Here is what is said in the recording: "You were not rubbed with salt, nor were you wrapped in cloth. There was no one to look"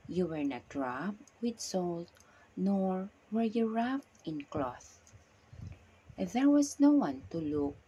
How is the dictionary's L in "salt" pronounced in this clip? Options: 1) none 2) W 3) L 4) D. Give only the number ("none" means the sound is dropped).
3